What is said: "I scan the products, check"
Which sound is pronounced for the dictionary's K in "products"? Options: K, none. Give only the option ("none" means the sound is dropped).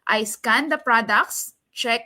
K